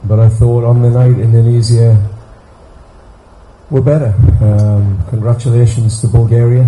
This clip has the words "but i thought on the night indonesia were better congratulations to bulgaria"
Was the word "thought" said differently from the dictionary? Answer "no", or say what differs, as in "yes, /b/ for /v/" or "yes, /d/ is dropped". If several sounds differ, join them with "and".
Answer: no